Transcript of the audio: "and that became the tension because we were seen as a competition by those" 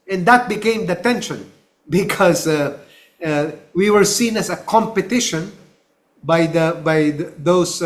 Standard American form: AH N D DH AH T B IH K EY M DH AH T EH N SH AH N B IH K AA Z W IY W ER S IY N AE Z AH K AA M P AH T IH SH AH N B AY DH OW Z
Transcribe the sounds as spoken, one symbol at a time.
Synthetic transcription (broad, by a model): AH N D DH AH T B IH K EY M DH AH T EH N SH AH N B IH K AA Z W IY W ER S IY N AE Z AH K AA M P AH T IH SH AH N B AY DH OW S